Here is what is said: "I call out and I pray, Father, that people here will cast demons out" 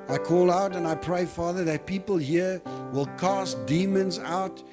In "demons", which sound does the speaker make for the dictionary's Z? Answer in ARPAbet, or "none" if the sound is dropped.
Z